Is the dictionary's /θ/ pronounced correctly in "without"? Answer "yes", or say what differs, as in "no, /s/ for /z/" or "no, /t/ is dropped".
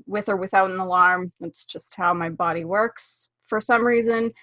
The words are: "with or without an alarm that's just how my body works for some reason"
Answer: yes